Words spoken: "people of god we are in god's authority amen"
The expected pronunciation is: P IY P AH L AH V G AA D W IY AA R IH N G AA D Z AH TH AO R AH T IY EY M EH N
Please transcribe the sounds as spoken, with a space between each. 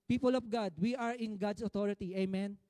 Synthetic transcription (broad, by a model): P IY P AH L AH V G AA D W IY AA R IH N G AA D S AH T AO R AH T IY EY M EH N